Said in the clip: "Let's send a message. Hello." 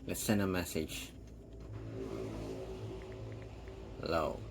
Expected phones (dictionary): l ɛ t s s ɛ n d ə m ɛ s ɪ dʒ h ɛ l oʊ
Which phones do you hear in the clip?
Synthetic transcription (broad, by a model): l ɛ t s s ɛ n ə m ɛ s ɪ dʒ l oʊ